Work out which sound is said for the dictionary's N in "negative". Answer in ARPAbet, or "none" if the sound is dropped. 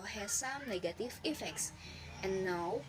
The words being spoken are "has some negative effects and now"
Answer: N